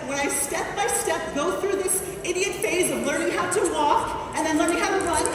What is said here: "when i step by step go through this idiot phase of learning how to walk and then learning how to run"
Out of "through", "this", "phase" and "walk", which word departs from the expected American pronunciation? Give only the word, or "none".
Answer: none